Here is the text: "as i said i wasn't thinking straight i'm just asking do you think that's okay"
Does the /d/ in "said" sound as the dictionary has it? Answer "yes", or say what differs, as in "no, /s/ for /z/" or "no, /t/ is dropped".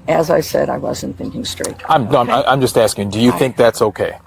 yes